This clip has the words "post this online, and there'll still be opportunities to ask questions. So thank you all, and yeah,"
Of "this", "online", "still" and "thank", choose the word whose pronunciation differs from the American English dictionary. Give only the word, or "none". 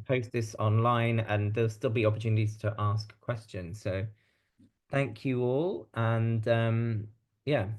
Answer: none